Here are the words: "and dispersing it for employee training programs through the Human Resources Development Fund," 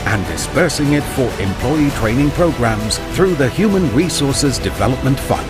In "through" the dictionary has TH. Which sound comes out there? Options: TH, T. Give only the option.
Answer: TH